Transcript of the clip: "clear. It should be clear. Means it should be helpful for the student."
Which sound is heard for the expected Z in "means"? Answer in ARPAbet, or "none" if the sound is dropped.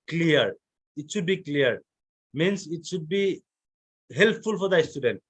S